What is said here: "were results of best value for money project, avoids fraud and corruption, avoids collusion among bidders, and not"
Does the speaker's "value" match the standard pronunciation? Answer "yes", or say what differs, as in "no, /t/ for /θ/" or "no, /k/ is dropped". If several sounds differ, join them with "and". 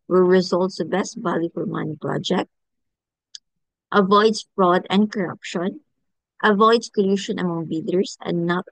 no, /b/ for /v/